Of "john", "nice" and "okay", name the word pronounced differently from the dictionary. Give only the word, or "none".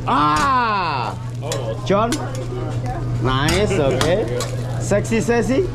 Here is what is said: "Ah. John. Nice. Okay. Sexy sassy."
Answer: john